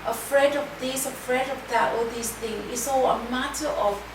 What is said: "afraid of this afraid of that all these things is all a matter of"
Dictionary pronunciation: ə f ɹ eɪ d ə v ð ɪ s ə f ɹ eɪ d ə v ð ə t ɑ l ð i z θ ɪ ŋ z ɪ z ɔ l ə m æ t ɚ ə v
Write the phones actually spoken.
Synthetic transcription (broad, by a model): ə f ɹ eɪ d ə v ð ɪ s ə f ɹ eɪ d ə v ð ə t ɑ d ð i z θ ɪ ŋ ɪ s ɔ ə m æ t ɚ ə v